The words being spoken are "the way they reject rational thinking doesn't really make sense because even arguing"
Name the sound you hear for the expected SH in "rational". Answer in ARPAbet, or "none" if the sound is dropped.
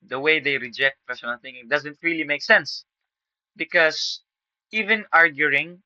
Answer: S